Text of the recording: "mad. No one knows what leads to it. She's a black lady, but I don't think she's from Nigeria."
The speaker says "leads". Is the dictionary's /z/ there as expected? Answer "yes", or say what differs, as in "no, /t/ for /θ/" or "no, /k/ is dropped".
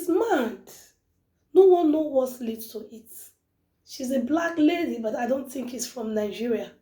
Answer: no, /z/ is dropped